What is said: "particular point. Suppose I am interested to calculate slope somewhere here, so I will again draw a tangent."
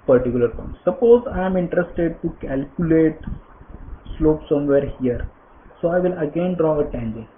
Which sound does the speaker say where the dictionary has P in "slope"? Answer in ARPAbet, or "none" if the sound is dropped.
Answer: P